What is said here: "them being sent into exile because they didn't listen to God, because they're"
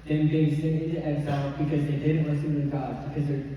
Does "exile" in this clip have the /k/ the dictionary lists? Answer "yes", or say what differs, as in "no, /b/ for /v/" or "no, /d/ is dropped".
no, /k/ is dropped